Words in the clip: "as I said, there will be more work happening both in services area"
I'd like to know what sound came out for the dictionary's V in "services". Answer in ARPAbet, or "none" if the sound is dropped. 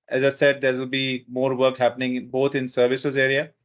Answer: V